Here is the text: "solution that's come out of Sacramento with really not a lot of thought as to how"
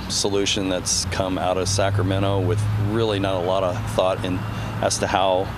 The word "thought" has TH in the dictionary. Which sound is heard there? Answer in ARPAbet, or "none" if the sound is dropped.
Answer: TH